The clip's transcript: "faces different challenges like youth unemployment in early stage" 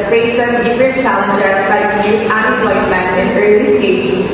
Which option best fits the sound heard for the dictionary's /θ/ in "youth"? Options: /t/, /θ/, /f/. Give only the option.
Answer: /t/